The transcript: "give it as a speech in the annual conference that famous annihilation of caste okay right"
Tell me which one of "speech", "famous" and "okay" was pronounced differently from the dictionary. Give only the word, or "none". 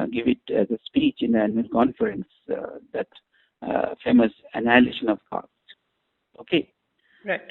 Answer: none